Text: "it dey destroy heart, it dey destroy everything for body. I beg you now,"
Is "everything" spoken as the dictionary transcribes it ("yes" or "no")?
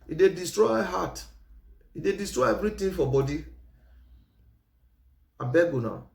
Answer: no